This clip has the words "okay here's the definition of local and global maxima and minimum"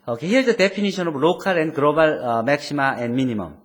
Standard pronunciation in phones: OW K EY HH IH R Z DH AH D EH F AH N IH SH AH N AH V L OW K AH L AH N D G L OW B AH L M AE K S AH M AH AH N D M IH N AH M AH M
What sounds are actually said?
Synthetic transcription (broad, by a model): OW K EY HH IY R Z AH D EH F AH N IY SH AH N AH B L OW K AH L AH N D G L OW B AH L M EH K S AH M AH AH N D M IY N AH M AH M